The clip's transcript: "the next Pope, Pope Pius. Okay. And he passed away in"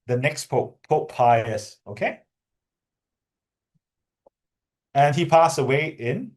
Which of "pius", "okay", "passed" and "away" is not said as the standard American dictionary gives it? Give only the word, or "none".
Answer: passed